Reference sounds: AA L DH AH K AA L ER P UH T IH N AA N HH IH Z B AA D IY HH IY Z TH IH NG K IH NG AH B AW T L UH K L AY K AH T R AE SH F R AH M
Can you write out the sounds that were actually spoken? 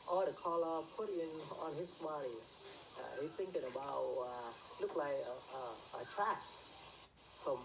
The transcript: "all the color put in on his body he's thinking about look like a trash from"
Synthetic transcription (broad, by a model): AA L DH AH K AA L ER P UH T IH N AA N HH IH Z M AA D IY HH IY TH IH NG K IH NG AH B AW T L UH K L AY K AH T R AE S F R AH M